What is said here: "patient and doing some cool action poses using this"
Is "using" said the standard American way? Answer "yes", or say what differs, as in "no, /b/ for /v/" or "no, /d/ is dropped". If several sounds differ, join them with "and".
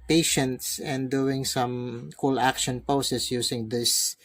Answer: no, /s/ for /z/